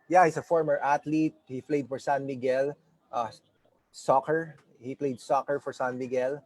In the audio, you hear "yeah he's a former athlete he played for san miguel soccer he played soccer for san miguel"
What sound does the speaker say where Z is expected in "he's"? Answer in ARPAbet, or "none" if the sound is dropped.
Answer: S